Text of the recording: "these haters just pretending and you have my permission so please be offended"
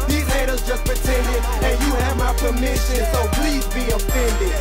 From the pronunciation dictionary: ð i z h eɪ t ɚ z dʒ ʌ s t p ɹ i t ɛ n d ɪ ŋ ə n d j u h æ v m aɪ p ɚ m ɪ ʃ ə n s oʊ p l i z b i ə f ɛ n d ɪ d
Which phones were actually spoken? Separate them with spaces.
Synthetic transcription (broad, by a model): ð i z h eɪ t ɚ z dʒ ʌ s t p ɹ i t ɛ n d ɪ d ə n j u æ v m aɪ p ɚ m ɪ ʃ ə n s oʊ p l i z b i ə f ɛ n d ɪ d